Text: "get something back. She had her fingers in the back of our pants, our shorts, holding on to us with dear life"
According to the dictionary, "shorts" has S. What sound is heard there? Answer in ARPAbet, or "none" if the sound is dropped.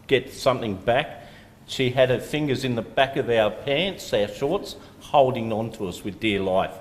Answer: S